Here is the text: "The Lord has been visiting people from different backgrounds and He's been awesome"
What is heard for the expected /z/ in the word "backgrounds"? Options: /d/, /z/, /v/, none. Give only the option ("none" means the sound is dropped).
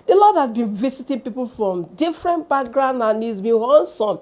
none